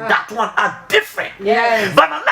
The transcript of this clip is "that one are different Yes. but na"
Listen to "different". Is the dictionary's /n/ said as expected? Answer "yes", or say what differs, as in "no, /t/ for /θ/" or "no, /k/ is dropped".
yes